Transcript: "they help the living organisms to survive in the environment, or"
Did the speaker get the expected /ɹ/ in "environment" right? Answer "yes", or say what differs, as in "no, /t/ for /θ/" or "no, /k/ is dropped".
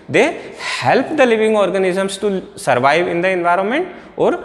yes